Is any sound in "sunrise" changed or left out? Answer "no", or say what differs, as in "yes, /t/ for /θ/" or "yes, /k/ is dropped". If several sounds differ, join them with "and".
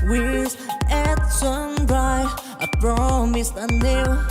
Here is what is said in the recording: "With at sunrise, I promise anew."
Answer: yes, /z/ is dropped